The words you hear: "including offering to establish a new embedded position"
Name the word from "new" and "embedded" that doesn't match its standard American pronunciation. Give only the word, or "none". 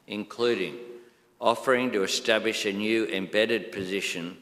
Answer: none